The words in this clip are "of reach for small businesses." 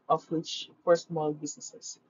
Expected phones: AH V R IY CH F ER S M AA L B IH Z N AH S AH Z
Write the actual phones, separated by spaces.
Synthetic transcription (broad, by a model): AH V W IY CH P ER S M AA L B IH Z N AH S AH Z